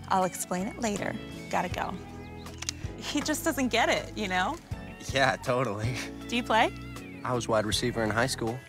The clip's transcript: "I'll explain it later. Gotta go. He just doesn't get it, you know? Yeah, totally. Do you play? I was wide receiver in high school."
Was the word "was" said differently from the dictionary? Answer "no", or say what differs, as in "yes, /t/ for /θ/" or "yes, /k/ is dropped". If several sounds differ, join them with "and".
no